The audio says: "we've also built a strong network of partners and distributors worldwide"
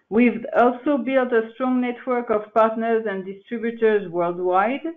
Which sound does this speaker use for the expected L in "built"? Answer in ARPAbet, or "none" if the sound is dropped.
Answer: L